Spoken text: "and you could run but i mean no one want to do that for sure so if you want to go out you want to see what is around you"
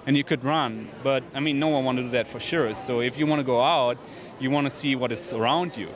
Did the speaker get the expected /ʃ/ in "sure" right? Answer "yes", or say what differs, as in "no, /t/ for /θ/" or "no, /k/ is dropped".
yes